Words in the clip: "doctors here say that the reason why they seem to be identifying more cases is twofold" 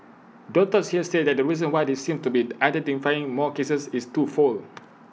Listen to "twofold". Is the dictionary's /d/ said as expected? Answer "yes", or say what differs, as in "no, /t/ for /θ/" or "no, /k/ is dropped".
no, /d/ is dropped